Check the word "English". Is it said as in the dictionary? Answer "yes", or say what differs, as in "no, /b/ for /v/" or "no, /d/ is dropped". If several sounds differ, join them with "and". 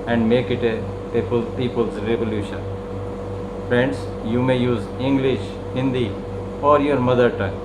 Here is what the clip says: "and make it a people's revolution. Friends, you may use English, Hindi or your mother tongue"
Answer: yes